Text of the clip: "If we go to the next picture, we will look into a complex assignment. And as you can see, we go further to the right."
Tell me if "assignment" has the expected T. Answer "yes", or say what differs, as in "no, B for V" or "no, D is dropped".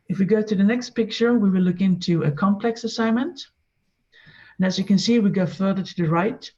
yes